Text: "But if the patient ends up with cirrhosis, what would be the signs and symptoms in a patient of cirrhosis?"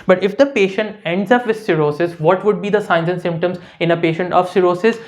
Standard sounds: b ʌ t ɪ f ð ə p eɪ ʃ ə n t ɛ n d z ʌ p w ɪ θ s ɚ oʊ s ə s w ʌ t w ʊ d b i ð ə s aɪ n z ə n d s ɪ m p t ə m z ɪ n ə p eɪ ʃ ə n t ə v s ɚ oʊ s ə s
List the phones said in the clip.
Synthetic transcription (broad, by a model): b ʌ t ɪ f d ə p eɪ ʃ ə n t ɛ n d z ʌ p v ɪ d s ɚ oʊ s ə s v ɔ t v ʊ d b i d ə s aɪ n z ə n s ɪ m p t ə m z ɪ n ə p eɪ ʃ ə n t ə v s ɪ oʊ s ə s